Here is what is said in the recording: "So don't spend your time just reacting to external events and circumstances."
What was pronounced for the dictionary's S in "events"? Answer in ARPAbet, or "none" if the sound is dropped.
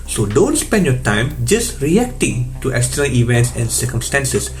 S